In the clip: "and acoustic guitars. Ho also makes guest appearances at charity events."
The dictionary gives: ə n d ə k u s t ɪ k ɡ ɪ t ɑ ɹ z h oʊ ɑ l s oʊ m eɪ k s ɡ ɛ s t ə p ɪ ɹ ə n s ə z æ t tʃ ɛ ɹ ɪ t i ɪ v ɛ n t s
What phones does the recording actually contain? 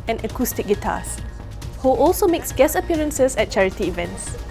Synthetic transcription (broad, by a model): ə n ə k u s t ɪ k ɡ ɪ t ɑ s h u ɑ l s oʊ m eɪ k s ɡ ɛ s ə p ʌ ɹ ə n s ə s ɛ t tʃ ɛ ɹ ɪ t i v ɛ n t s